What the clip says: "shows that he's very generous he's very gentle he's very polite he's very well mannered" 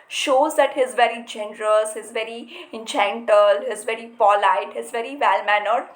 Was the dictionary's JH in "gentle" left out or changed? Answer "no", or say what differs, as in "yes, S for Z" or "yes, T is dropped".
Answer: yes, CH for JH